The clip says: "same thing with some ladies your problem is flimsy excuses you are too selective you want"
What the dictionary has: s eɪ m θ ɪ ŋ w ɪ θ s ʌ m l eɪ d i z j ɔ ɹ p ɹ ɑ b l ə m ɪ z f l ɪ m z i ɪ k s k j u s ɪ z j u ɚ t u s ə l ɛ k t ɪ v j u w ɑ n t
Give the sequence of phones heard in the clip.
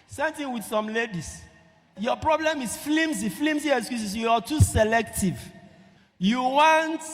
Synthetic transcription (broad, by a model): s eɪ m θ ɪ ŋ w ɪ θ s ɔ m l eɪ d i s j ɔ p ɹ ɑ b l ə m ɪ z f l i m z i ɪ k s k j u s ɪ s j u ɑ t u s ə l ɛ k t ɪ v j u w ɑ n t